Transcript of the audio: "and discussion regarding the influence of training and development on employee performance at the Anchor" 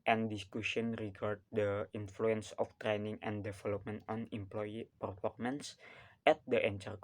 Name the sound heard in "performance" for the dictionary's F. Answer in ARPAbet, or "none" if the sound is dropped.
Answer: P